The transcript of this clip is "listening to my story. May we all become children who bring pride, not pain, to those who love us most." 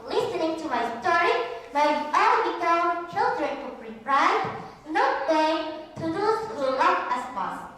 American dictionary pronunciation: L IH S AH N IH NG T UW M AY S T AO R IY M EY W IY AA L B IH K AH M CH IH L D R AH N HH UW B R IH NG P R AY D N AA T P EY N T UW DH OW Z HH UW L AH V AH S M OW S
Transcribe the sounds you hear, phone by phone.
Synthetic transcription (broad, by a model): L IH S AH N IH NG T UW M AY S T AO R IY M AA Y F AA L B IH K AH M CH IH L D R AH N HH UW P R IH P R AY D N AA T B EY T UW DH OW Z HH UW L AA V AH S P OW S